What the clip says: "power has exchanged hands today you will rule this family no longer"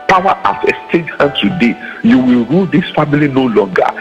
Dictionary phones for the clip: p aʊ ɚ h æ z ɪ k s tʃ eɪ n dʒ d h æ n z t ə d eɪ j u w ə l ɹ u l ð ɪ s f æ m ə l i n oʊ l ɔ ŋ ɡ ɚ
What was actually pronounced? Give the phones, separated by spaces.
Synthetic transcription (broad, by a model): p aʊ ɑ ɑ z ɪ s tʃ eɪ dʒ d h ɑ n t ə d eɪ j u w ə l ɹ u l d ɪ s f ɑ m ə l i n oʊ l ɔ ŋ ɡ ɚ